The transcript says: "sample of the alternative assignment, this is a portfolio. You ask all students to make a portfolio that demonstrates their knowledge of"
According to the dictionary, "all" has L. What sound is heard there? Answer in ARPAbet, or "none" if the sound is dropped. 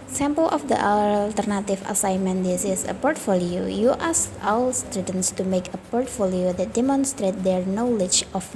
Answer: W